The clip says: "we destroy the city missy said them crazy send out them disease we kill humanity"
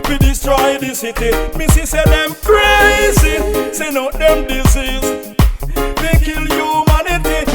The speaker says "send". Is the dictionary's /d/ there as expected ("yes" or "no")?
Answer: no